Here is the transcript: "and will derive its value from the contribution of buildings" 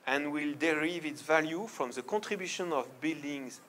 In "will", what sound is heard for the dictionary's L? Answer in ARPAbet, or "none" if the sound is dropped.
L